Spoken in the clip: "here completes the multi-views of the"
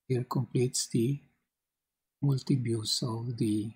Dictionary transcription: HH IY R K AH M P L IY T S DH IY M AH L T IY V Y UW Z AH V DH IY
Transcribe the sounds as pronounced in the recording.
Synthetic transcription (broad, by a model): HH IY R K AH M P L IY T S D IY M AH L T IY B Y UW S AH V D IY